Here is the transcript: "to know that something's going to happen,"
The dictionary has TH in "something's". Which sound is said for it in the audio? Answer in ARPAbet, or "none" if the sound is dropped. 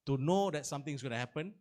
T